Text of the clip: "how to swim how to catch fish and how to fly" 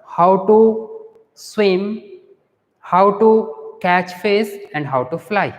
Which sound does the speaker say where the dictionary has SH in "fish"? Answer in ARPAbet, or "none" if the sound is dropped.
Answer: S